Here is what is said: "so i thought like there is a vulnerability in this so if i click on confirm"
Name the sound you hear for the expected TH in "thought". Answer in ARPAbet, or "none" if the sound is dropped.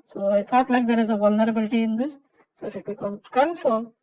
F